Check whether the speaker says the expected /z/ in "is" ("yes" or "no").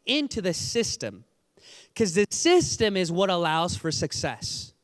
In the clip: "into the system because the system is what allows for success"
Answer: yes